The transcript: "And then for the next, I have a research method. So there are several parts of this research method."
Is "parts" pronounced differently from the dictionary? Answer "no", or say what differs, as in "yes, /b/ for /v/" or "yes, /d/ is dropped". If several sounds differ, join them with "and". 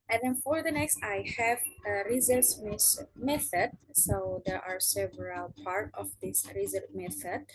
yes, /s/ is dropped